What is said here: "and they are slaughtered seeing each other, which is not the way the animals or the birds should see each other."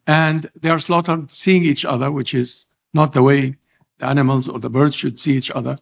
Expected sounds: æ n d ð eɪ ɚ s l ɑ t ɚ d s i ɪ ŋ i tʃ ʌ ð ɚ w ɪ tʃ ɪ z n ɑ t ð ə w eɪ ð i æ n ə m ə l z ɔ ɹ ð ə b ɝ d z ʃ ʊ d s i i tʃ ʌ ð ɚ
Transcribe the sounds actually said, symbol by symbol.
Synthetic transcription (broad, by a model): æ n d ð eɪ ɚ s l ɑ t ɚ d s i ɪ ŋ i tʃ ʌ ð ɚ w ɪ tʃ ɪ z n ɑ t ð ə w eɪ ð i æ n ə m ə l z ɔ ɹ ð ə b ɝ d z ʃ ʊ d s i i tʃ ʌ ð ɚ